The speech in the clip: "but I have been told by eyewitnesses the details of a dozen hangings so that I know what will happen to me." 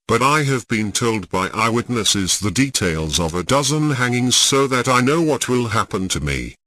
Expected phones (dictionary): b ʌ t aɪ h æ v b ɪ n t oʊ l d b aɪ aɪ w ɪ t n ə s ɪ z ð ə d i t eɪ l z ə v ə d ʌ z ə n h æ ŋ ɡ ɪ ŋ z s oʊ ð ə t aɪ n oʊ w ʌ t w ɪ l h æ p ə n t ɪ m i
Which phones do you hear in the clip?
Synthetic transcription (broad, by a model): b ʌ t aɪ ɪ v b ɪ n t oʊ l d b aɪ aɪ w ɪ t n ə s ɪ z ð ə d i t eɪ l z ə v ə d ʌ z ə n h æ ŋ ɪ ŋ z s oʊ ð ə t aɪ n oʊ w ʌ t w ɪ l h æ p ə n t ɪ m i